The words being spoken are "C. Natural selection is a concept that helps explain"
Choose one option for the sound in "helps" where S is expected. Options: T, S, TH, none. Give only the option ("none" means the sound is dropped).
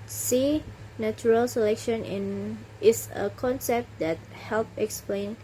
none